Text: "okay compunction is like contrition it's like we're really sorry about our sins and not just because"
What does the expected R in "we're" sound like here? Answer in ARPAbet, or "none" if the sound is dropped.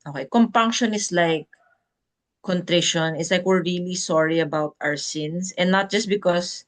R